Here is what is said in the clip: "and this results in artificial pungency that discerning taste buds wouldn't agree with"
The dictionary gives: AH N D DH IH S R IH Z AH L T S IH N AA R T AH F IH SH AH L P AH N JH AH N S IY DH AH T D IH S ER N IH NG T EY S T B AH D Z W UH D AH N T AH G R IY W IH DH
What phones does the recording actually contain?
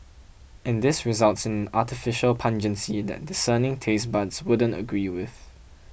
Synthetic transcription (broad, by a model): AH N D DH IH S R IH Z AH L T S IH N AA T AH F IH SH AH L P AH N JH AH N S IY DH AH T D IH S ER N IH NG T EY S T B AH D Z W UH D AH N T AH G R IY W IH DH